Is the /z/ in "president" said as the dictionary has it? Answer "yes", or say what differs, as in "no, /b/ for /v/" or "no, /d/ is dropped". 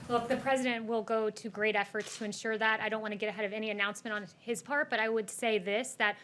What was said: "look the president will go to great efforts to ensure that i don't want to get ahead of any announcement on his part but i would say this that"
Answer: yes